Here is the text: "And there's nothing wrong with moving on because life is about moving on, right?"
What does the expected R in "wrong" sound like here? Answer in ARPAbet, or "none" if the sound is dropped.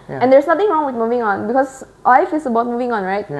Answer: R